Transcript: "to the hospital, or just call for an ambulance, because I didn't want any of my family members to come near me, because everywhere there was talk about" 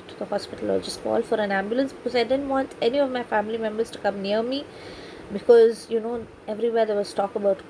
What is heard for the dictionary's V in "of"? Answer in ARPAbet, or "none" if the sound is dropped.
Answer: V